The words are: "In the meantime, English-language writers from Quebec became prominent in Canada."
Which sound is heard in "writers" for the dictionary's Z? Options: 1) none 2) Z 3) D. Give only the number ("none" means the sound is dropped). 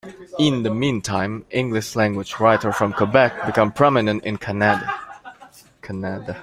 1